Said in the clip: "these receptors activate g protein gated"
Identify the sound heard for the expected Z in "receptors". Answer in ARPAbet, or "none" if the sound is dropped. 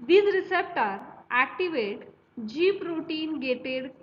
none